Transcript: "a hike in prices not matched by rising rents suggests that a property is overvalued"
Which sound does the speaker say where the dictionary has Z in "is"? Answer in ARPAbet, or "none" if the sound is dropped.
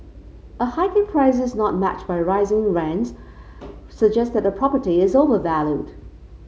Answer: Z